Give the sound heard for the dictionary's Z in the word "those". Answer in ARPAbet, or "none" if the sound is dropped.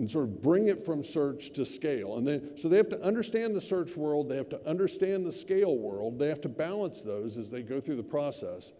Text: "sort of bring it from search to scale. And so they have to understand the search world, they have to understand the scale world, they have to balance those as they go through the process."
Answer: Z